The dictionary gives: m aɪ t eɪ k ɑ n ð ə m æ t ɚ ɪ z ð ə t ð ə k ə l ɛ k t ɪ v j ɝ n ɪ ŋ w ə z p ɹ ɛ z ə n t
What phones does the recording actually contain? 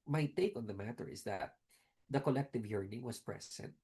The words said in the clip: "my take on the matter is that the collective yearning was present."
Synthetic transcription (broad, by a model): m aɪ t eɪ k ɑ n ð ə m æ t ɚ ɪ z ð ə t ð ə k ə l ɛ k t ɪ v j ɝ n ɪ ŋ w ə s p ɹ ɛ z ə n t